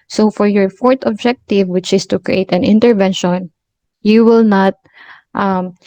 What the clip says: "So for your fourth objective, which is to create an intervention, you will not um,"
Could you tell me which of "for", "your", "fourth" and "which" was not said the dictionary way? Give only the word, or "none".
fourth